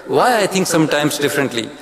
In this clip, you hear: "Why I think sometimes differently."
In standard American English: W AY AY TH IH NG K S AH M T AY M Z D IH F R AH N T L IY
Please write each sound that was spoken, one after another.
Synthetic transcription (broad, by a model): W AY AY T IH NG K S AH M T AY M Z D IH F R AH N T L IY